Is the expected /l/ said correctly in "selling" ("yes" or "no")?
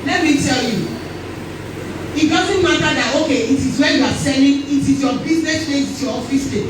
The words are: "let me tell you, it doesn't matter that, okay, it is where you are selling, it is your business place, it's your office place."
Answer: no